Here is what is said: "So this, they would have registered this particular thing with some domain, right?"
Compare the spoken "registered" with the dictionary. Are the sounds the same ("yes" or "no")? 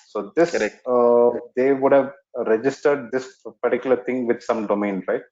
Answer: yes